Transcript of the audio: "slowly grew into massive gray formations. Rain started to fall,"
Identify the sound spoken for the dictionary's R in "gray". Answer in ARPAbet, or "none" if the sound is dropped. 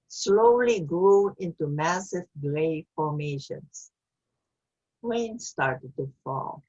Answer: L